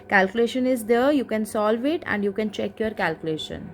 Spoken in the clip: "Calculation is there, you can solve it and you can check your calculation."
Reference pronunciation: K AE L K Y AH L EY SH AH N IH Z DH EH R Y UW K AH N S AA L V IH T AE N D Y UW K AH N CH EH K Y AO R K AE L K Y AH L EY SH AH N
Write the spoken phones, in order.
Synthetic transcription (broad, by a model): K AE L K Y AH L EY SH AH N IH Z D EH R Y UW K AH N S AA L V IH T AE N D Y UW K AH N CH EH K Y AO R K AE L K Y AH L EY SH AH N